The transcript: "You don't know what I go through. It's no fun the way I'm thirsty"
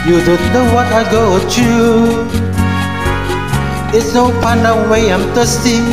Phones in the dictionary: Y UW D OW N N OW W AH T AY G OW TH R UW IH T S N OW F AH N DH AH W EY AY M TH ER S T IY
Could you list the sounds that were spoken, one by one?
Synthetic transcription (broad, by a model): Y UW D OW N N OW W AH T AY G OW T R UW IH T S N OW P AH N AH W EY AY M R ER S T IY